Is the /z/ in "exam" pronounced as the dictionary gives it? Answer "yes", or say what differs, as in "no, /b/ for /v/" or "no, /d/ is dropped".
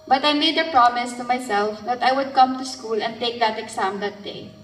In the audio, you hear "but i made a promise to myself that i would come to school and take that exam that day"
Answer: no, /s/ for /z/